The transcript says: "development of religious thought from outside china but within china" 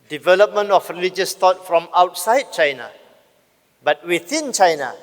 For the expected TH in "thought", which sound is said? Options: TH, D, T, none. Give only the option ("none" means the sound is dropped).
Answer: T